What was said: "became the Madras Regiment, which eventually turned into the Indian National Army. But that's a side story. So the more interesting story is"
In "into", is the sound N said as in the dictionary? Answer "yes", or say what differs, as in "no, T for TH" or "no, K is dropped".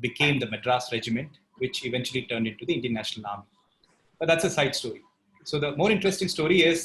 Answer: yes